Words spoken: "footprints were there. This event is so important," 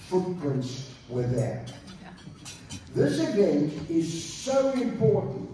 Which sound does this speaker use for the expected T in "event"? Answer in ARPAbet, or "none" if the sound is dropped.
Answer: none